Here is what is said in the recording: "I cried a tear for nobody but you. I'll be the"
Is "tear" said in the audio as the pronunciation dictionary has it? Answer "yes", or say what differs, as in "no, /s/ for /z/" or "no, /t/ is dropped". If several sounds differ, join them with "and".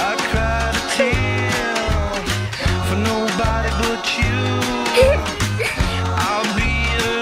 no, /l/ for /ɹ/